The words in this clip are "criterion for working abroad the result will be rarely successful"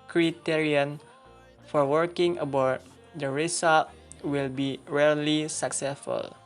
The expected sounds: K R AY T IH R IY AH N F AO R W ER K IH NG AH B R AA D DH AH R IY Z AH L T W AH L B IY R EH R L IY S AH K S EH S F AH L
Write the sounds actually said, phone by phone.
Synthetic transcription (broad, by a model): K R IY T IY R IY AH N F AO R W ER K IH NG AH B AA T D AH R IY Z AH L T W AH L B IY R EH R L IY S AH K S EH S F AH L